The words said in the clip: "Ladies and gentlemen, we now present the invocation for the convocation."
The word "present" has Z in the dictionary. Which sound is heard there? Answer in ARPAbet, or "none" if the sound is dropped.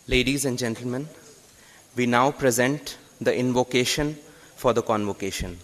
Z